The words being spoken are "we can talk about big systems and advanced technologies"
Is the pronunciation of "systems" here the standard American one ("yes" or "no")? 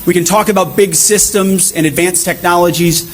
yes